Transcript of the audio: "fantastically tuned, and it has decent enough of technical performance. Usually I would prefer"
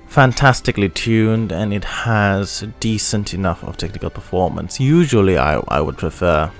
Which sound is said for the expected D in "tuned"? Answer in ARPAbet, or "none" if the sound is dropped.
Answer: D